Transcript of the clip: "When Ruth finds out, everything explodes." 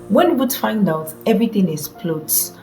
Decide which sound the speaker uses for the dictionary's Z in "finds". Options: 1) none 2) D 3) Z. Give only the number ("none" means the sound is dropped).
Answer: 1